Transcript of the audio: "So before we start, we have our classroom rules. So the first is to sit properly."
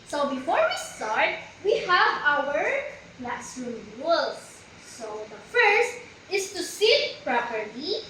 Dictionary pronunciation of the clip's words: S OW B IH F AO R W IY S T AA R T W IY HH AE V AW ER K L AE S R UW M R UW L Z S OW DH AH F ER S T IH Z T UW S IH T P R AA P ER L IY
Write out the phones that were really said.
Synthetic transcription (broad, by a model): S OW B IH F AO R W IY S T AA R T W IY HH AE V AW ER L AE S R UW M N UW L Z S OW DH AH F ER S T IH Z T UW S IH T P R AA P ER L IY